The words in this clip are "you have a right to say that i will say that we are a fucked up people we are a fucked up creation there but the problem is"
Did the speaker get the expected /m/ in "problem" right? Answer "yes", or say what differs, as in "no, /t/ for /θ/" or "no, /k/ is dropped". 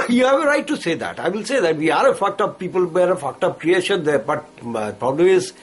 no, /m/ is dropped